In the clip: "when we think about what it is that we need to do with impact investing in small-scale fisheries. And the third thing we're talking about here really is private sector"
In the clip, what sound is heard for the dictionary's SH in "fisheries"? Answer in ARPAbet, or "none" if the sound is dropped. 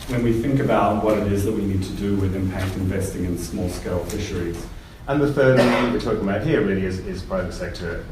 SH